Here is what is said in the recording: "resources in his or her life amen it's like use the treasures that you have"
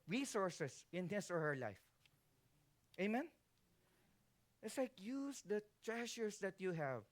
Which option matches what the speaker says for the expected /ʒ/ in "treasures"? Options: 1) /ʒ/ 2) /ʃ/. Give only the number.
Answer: 2